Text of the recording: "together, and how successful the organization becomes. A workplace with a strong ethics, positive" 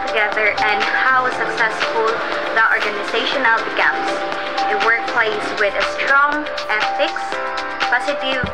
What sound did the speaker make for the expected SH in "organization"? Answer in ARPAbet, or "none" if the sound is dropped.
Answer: SH